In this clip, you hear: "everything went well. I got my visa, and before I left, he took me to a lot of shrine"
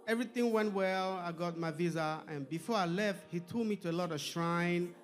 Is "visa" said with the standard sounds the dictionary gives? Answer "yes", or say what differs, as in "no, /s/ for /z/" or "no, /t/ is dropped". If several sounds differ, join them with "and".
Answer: yes